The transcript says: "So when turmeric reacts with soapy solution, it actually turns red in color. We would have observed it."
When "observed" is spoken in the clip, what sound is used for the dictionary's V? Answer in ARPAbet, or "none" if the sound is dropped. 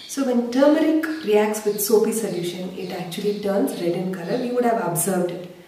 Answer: V